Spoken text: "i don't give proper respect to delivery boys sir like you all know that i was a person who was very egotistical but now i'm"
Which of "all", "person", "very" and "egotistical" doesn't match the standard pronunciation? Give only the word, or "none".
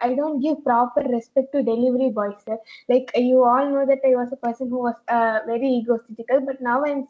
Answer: egotistical